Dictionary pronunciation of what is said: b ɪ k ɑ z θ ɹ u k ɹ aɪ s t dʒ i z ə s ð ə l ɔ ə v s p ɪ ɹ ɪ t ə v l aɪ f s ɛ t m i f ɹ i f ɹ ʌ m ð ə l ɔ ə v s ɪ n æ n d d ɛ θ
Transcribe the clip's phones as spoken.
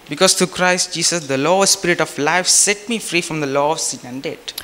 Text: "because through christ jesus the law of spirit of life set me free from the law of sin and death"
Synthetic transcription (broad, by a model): b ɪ k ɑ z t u k ɹ aɪ s t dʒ i s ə s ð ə l ɔ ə s p ɪ ɹ ɪ t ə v l aɪ f s ɛ t m i f ɹ i f ɹ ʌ m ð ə l ɔ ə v s ɪ n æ n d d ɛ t